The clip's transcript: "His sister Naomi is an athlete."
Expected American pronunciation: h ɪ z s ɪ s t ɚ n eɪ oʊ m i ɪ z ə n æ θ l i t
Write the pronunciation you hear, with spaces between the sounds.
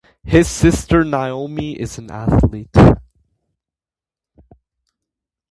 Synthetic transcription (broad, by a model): h ɪ z s ɪ s t ɚ n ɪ oʊ m i ɪ z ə n æ θ l i t